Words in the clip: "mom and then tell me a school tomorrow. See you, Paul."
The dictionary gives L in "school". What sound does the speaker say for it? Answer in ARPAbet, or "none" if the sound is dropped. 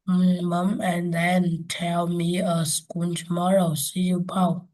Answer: N